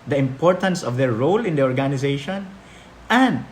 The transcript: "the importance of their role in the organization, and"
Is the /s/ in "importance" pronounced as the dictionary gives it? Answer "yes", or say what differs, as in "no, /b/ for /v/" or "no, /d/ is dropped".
yes